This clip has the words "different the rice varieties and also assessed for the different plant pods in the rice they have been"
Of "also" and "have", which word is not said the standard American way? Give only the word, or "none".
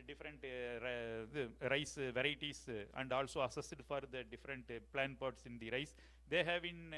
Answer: none